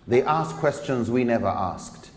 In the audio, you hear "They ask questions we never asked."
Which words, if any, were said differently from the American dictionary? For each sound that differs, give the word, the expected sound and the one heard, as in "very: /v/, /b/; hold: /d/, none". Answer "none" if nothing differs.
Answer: none